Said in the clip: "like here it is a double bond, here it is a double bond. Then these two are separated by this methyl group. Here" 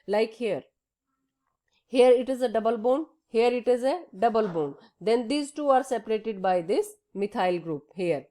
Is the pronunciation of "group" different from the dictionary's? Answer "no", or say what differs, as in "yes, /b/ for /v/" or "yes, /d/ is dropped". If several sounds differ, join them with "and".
no